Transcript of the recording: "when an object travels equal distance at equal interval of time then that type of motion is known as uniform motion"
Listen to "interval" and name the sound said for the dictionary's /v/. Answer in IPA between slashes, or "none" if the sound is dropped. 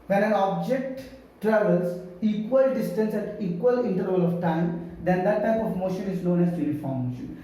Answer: none